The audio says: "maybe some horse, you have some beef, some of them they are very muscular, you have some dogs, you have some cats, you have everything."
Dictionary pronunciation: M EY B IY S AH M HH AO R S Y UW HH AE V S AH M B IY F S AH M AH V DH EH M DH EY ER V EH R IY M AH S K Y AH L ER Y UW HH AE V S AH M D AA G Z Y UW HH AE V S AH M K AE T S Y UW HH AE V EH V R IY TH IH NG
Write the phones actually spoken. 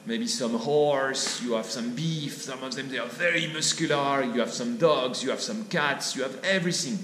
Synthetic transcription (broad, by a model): M EY B IY S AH M HH AO R S Y UW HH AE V S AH M B IY F S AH M AH V DH EH M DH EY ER V EH R IY M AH S K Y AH L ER Y UW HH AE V S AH M D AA G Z Y UW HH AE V S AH M K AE T S Y UW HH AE V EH V R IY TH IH NG